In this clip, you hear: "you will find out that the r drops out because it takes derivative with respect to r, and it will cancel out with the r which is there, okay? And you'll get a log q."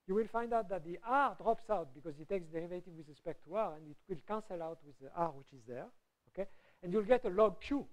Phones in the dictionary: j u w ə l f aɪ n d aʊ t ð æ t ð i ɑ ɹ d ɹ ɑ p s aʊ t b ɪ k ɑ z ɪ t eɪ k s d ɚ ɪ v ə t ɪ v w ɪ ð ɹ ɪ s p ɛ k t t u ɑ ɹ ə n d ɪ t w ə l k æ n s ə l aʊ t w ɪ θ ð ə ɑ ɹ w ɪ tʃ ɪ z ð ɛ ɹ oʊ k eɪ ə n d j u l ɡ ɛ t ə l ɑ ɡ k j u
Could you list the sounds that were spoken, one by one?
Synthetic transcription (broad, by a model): j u w ə l f aɪ n d aʊ t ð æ t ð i ɑ ɹ d ɹ ɑ p s aʊ t b ɪ k ɑ z ɪ t eɪ k s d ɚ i v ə t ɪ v w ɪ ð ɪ s p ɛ k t t u ɑ ɹ ə n d ɪ t w ə l k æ n s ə l aʊ t w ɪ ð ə ɑ ɹ w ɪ tʃ ɪ z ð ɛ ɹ oʊ k eɪ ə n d j u l ɡ ɛ t ə l ɑ ɡ k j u